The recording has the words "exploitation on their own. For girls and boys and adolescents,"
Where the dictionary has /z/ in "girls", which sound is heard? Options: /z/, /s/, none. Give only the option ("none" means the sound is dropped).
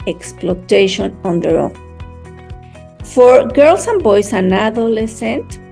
/s/